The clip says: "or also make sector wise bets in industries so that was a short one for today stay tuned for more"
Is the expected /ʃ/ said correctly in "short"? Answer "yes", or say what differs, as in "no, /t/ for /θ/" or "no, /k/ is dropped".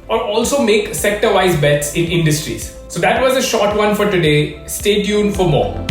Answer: yes